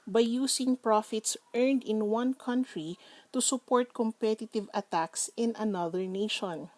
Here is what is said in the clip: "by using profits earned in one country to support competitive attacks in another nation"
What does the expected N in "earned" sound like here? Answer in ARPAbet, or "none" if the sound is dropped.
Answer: N